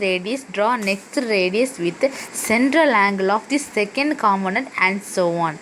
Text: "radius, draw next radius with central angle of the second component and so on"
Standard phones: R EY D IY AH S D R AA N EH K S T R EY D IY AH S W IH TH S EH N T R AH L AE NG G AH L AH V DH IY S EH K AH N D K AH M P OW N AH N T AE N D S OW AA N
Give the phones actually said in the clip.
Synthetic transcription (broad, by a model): R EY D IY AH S D R AA N EH K S T R EY D IY AH S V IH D S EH N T R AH L AE NG G AH L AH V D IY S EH K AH N D K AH M OW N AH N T AE N D S OW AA N